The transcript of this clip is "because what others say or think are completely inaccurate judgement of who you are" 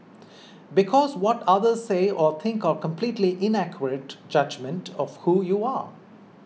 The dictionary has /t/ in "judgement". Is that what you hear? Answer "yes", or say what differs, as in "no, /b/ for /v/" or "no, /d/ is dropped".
yes